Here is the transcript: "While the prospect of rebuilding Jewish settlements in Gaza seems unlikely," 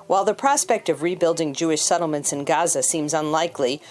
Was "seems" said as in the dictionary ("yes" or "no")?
yes